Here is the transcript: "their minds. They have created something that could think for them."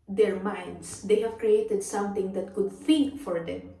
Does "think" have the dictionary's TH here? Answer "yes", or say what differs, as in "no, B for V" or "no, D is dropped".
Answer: no, F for TH